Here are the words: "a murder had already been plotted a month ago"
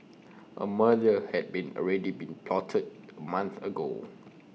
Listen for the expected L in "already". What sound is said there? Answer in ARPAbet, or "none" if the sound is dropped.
N